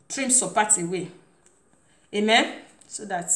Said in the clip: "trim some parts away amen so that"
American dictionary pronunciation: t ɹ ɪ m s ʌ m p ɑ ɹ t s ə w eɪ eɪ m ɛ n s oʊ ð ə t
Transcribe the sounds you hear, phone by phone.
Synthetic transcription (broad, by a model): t ɹ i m s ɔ p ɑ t ə w eɪ eɪ m ɛ n s oʊ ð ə t